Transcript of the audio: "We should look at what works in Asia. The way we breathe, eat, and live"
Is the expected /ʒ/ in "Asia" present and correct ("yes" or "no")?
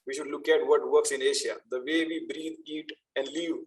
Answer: no